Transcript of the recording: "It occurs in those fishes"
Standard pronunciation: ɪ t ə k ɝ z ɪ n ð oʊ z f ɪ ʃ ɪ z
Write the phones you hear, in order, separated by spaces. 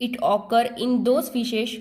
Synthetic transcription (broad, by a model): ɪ t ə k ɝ ɪ n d oʊ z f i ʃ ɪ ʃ